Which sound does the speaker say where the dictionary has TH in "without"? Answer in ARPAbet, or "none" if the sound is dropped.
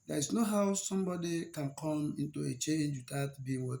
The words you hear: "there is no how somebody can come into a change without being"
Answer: T